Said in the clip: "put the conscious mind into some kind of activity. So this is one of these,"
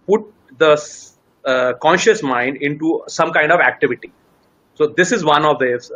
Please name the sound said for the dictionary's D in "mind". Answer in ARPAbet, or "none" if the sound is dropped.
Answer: D